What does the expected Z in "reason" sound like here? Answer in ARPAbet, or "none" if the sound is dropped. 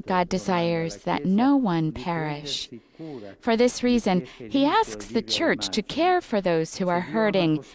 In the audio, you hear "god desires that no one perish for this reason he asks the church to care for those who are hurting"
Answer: Z